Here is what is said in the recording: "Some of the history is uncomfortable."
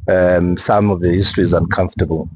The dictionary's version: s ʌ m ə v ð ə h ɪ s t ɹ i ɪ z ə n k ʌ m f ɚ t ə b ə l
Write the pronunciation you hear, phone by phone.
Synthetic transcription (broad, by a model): s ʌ m ə v ð ə h ɪ s t ɹ i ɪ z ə n k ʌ m f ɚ t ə b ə l